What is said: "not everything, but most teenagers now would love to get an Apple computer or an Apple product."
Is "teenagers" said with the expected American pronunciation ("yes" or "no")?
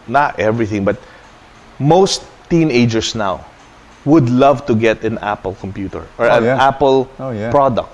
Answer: no